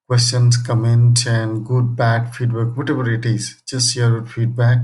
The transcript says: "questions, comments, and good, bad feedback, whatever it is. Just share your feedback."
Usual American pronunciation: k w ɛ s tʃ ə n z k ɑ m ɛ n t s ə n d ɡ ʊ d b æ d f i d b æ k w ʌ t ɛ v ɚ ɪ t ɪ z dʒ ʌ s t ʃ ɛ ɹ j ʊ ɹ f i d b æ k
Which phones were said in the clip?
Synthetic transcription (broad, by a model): k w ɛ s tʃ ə n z k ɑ m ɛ n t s ə n d ɡ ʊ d b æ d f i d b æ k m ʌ t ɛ b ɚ ɪ t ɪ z dʒ ʌ s t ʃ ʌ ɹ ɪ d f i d b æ k